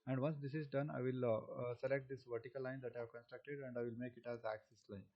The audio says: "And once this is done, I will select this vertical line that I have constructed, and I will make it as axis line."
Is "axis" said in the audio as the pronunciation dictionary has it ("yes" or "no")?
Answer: yes